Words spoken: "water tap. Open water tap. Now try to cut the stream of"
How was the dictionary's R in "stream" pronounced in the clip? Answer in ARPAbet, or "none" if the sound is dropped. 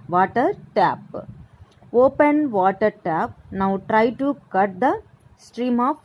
R